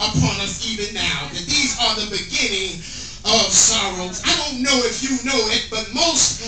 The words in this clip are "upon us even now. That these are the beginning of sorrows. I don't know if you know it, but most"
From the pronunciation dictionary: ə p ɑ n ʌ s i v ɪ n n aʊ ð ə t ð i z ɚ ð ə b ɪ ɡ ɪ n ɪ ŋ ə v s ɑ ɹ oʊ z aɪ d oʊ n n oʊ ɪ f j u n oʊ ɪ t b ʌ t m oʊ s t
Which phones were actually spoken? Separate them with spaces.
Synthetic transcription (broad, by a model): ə p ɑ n ʌ s i v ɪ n n aʊ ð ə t ð i z ɚ ð ə b ɪ ɡ ɪ n ɪ ŋ ə v s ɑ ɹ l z aɪ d oʊ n n oʊ ɪ f j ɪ n oʊ ɪ t b ʌ t m oʊ s t